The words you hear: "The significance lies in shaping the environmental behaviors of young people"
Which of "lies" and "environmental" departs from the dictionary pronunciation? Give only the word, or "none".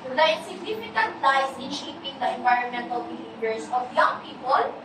lies